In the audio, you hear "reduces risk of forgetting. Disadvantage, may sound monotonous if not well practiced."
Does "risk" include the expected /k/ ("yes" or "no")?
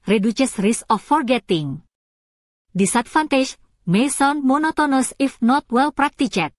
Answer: no